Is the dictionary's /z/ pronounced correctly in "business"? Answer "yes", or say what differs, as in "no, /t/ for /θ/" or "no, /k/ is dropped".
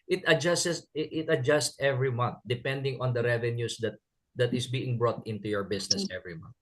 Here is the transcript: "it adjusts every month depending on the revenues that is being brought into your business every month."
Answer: no, /s/ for /z/